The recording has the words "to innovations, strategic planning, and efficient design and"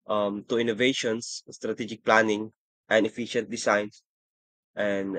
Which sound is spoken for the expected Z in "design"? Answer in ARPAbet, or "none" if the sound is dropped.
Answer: S